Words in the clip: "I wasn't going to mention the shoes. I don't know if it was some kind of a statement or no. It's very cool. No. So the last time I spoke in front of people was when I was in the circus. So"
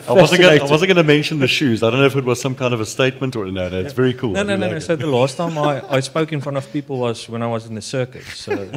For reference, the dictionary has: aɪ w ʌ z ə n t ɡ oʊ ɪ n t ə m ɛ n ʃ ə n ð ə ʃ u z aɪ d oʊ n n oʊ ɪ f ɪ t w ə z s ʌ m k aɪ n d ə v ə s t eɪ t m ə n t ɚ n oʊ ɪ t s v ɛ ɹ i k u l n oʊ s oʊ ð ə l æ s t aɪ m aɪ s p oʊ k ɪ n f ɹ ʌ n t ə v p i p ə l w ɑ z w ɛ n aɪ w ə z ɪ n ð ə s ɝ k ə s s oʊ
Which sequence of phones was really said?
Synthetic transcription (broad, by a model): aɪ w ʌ z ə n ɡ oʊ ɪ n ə m ɛ n ʃ ə n ð ə ʃ u z aɪ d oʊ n n oʊ ɪ f ɪ t w ə z s ʌ m k aɪ n d ə v ə s t eɪ t m ə n t ɚ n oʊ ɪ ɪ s v ɛ ɹ i k u l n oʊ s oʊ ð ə l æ s t aɪ m aɪ s p oʊ k ɪ n f ɹ ʌ n t ə v p i p ə l w ɑ z w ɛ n aɪ w ə z ɪ n ð ə s ɝ k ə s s oʊ